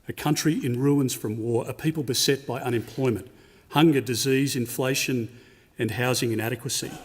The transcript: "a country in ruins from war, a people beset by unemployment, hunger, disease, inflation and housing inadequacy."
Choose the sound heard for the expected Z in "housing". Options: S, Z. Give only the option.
Z